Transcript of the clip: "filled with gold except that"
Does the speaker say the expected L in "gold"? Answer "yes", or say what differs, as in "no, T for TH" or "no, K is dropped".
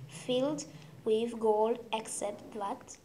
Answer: yes